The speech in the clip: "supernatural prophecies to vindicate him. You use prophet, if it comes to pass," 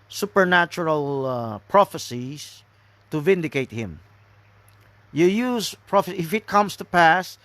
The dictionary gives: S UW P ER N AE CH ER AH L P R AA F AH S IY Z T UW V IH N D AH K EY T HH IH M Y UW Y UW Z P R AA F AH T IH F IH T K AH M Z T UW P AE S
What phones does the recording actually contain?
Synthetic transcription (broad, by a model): S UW P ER N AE CH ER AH L P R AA F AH S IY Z T UW V IH N D AH K EY T HH IH M Y UW Y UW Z P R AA F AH IH F IH T K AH M S T UW P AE S